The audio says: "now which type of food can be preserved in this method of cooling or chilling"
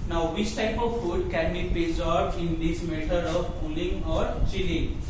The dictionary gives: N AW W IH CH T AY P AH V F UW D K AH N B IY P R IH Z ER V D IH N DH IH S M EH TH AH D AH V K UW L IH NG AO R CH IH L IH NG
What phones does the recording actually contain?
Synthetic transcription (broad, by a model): N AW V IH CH T AY P AH V F UW D K AH N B IY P IH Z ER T IH N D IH S M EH T AH D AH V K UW L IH NG AO R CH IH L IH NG